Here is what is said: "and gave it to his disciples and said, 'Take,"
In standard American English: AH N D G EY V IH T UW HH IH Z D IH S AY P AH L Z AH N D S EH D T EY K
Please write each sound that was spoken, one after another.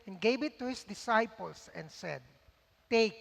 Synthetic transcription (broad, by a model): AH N G EY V IH T UW HH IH S D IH S AY P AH L S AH N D S EH D T EY K